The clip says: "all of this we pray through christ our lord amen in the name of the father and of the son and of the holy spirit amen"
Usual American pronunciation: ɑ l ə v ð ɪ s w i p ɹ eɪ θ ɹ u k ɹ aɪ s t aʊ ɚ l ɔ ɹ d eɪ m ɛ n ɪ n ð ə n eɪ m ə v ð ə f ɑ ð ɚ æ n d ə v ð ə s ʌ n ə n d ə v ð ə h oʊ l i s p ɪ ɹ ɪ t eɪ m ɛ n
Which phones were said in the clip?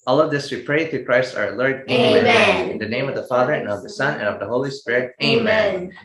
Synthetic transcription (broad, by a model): ɑ l ə v ð ɪ s w i p ɹ eɪ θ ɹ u k ɹ aɪ s t aʊ ɚ l ɔ ɹ d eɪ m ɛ ɪ n ð ə n eɪ m ə v ð ə f ɑ ð ɚ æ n ə v ð ə s ʌ n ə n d ə v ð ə h oʊ l i s p ɪ ɹ ɪ t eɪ m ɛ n